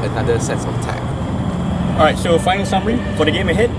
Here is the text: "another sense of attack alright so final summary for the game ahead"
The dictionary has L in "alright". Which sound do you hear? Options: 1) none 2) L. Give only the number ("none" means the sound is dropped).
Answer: 1